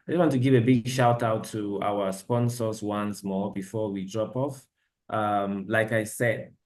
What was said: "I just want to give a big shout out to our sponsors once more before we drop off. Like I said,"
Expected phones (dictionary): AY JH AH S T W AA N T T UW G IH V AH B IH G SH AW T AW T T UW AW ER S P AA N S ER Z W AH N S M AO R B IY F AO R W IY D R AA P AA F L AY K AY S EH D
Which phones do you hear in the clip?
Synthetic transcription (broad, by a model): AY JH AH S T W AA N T T UW G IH V AH B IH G SH AW T AW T T UW AW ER S P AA N S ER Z W AH N S M AO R B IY F AO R W IY D R AA P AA F L AY K AY S EH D